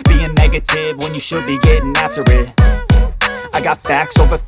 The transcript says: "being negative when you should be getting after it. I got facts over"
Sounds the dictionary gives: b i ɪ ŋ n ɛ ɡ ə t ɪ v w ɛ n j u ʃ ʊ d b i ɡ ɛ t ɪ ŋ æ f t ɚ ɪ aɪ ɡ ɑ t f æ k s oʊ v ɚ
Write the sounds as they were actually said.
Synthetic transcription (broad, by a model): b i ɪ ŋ n ɛ ɡ ə t ɪ v w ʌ n j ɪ ʃ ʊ d b i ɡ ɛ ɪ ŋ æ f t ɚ ɪ aɪ ɡ ɑ t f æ k s oʊ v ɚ